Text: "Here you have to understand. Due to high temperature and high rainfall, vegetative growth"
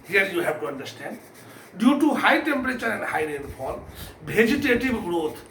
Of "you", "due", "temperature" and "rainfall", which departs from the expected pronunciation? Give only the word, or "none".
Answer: rainfall